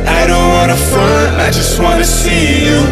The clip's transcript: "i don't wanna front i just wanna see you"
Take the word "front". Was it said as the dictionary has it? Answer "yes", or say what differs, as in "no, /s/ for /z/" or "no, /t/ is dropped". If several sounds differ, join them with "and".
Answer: no, /ɹ/ is dropped